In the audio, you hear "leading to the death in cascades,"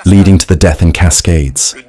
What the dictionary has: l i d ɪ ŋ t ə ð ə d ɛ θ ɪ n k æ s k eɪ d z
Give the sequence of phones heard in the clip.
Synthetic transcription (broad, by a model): l i d ɪ ŋ t ə ð ə d ɛ θ ɪ n k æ s k eɪ d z